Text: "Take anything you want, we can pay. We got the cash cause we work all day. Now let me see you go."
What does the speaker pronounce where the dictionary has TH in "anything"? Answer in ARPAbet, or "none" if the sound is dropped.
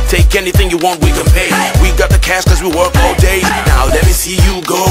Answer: TH